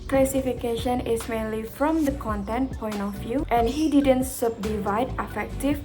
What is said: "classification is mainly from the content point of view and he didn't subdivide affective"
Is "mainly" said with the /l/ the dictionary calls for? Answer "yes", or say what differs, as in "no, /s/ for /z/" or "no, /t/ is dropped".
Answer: yes